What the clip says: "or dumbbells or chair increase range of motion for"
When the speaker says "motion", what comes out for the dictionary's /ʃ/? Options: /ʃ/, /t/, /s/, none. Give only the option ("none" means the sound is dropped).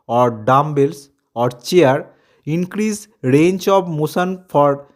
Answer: /s/